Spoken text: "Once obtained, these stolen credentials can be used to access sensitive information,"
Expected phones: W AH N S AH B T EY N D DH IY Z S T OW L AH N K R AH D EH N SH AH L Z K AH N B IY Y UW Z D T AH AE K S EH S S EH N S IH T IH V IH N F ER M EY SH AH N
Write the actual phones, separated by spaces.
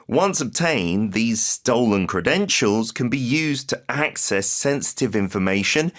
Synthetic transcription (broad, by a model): W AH N S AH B T EY N DH IY Z S T OW L AH N K R AH D EH N SH AH L Z K AH N B IY Y UW Z T AH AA K S EH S S EH N S IH T IH V IH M F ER M EY SH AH N